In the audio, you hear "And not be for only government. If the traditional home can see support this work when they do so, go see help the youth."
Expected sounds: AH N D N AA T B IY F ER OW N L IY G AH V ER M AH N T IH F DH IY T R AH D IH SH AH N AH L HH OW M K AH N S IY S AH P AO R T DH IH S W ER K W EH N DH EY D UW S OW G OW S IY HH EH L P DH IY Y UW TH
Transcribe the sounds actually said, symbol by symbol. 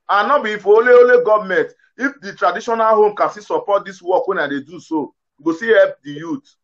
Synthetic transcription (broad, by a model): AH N N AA B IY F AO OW L L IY G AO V M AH N T IH F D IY T R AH D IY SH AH N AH L HH OW M K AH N S IY S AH P AO T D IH S W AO K W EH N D EY D UW S OW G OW S IY HH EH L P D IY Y UW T